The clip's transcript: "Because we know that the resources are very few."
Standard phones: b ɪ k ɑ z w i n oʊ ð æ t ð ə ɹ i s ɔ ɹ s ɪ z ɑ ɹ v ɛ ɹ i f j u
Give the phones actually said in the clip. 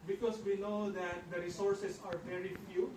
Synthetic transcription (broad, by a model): b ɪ k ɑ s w i n oʊ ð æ t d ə ɹ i s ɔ ɹ s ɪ s ɑ ɹ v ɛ ɹ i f j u